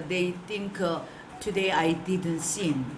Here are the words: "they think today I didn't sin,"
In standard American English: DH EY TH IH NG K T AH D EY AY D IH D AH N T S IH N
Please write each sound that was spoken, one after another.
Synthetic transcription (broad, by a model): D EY T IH NG K T AH D EY AY D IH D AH N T S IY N